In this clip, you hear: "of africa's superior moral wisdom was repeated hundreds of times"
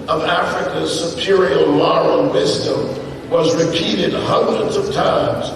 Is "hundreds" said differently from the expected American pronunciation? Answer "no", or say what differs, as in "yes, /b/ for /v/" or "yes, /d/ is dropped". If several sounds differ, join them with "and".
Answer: no